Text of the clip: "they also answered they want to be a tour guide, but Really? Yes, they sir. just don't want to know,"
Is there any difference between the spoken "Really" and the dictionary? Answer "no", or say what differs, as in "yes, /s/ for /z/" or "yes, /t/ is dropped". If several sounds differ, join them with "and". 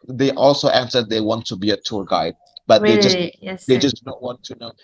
yes, /l/ is dropped